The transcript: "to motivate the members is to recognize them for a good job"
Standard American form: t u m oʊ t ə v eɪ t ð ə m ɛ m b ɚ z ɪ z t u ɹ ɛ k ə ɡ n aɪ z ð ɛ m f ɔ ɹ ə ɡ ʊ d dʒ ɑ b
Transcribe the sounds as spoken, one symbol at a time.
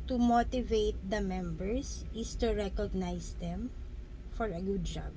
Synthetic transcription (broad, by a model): t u m oʊ t ə v eɪ t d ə m ɛ m b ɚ s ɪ s t u ɹ ɛ k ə ɡ n aɪ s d ɛ m f ɔ ɹ ə ɡ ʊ d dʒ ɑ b